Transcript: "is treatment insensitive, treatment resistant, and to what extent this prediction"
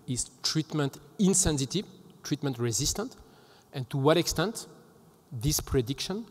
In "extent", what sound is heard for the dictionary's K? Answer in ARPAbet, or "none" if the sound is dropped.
K